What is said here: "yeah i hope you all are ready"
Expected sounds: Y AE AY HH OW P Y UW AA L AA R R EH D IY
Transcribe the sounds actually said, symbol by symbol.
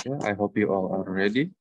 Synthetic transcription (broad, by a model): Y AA AY HH OW P Y UW AA L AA L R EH D IY